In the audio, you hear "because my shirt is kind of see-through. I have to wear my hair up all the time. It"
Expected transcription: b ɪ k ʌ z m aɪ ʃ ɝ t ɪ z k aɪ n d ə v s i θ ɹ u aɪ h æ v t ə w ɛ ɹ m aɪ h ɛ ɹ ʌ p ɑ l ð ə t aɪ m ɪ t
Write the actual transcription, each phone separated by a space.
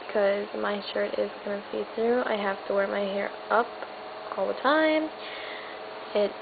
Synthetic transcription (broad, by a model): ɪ k ʌ z m aɪ ʃ ɝ t ɪ z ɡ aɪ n ə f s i θ ɹ u aɪ h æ f t ə w ɛ ɹ m aɪ h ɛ ɹ ʌ p ɑ l ð ə t aɪ m ɪ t